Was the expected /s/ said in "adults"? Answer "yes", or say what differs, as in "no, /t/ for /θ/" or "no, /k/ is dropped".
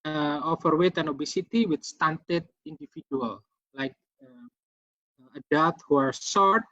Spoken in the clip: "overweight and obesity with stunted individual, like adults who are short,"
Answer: no, /s/ is dropped